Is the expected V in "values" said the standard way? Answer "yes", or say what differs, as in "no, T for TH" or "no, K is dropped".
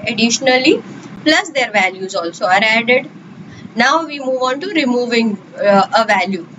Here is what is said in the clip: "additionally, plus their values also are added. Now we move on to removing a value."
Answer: yes